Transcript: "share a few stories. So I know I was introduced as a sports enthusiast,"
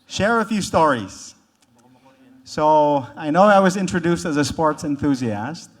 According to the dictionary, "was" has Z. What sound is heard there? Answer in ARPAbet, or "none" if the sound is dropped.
Z